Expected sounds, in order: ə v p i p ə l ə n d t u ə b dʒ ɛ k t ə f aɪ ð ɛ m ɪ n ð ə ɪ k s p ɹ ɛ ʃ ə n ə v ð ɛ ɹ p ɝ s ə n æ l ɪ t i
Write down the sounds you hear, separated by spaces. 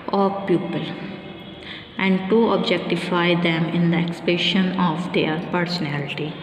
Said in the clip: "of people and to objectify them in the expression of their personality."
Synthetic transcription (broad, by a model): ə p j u p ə l ə n d t u ə b dʒ ɛ k t ə f aɪ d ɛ m ɪ n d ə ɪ k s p ɛ ʃ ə n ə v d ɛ ɹ p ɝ s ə n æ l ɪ t i